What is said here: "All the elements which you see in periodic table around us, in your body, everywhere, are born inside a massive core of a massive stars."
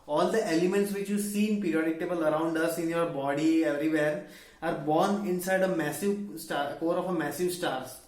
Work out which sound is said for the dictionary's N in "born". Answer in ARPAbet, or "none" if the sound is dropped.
N